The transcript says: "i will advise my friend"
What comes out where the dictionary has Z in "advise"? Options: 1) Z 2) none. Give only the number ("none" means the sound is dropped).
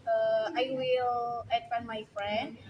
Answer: 2